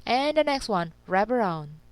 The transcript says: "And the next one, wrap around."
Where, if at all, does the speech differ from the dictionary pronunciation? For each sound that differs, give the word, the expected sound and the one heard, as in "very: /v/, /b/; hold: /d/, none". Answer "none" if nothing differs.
wrap: /p/, /b/